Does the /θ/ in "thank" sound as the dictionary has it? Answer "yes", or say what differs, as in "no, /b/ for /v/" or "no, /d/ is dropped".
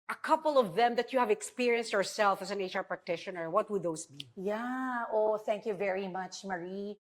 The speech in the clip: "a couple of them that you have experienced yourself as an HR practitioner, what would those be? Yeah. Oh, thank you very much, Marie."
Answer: yes